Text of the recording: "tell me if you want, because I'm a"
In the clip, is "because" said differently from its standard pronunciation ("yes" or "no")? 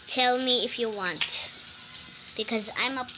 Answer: no